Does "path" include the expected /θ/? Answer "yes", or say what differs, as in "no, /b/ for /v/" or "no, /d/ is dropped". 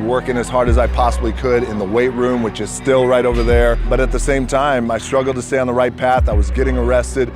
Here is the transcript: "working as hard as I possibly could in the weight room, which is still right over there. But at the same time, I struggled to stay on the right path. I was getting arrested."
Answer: yes